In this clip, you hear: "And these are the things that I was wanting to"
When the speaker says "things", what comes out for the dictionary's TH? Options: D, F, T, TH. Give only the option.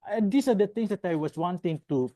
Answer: T